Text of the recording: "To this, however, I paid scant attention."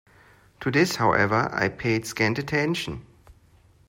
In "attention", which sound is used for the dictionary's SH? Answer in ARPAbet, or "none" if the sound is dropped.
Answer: SH